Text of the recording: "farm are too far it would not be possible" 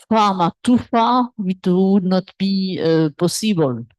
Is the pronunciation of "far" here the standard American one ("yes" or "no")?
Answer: no